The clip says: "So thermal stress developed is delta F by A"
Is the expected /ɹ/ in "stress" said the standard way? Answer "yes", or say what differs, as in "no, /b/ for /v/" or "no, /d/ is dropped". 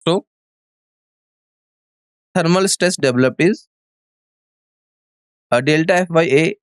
no, /ɹ/ is dropped